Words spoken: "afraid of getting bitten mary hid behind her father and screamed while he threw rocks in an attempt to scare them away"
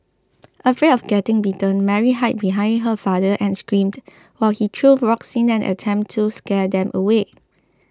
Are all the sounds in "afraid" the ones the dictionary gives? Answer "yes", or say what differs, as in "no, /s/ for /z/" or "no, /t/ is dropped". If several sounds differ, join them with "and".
no, /d/ is dropped